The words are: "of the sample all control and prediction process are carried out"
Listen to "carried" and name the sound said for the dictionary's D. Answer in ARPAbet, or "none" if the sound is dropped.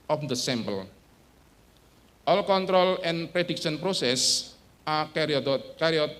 none